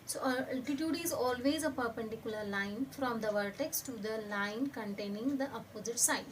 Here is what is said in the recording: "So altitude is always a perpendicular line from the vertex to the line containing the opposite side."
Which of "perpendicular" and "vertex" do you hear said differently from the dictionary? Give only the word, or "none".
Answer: none